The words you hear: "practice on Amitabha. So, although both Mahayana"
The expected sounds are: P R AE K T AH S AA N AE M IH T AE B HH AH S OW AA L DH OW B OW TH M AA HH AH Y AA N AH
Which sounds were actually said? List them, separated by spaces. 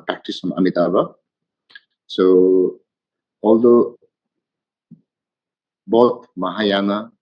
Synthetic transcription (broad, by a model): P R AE K T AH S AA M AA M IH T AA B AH S OW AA L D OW B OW T M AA HH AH Y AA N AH